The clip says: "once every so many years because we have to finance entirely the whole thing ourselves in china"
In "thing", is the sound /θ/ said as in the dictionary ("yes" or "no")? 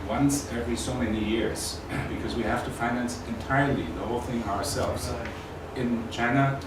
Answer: yes